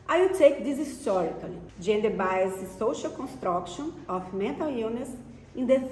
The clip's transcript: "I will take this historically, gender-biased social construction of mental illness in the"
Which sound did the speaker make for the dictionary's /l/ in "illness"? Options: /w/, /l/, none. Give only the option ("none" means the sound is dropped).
none